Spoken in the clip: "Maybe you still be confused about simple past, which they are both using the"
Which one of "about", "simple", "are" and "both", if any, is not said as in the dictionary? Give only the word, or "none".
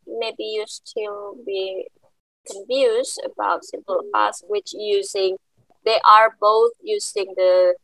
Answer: none